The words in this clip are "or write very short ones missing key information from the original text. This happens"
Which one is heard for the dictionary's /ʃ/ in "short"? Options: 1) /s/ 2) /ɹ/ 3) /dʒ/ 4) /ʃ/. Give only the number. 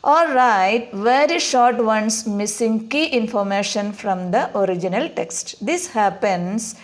4